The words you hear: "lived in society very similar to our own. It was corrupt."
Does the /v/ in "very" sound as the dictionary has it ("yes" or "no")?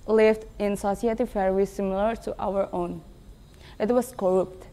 no